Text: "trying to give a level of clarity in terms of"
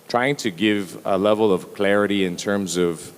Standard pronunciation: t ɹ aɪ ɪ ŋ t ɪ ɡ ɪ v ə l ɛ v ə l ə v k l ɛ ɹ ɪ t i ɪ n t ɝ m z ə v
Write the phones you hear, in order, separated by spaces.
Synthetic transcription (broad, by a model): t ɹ aɪ ɪ ŋ t ɪ ɡ ɪ v ə l ɛ v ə l ə v k l ɛ ɹ ɪ t i ɪ n t ɝ m z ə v